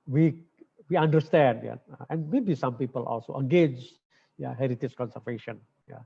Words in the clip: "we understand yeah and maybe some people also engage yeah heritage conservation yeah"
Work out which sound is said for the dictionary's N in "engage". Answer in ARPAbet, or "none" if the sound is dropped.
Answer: none